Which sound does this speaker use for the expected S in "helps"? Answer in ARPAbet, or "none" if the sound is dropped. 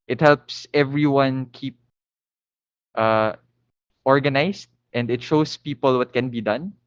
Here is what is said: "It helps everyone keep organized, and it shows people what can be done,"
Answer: S